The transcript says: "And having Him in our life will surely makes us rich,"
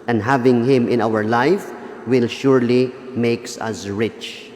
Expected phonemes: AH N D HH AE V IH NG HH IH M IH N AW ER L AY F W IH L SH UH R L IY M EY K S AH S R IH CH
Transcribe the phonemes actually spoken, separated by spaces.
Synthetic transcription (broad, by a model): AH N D HH AE V IH NG HH IH M IH N AW ER L AY F W IH L SH UH R L IY M EY K S AH S R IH CH